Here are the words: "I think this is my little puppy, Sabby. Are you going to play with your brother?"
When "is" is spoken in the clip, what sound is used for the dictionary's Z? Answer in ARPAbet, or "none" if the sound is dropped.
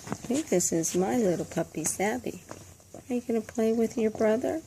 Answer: Z